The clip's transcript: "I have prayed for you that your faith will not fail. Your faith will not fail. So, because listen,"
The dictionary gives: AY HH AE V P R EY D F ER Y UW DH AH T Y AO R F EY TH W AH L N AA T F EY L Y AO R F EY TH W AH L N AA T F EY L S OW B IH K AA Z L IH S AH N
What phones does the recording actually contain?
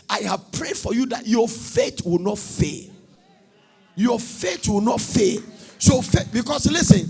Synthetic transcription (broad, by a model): AY HH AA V P R EY D F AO Y UW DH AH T Y AO F EY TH W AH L N AA T F EY L Y AO F EY T W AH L N AA T F EY L S OW B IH K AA S L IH S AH N